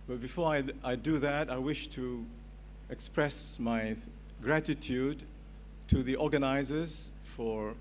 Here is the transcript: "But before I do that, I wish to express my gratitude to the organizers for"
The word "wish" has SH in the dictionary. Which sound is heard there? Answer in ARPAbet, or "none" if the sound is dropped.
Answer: SH